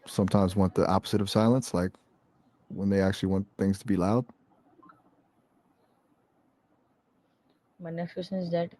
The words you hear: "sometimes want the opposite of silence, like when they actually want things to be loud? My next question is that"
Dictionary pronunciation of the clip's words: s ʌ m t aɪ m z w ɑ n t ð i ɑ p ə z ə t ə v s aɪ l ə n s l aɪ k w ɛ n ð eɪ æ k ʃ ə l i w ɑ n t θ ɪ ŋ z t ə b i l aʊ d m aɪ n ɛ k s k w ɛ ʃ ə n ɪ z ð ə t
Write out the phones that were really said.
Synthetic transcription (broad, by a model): s ʌ m t aɪ m z w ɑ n ð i ɑ p ə z ə t ə v s aɪ l ə n s l aɪ k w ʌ n ð eɪ æ k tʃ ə l i w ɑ n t θ ɪ ŋ z t ə b i l aʊ d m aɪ n ɛ k s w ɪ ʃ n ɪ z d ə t